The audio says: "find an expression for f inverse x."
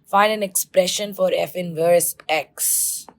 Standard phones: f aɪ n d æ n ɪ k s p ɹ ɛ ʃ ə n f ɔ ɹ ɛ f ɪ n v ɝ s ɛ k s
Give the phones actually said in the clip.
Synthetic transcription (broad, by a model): f aɪ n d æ n ɪ k s p ɹ ɛ ʃ ə n f ɔ ɹ ɛ f ɪ n v ɝ s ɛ k s